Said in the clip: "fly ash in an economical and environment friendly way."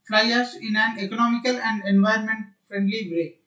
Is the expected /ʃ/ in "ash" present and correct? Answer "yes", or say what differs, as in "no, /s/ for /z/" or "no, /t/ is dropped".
no, /s/ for /ʃ/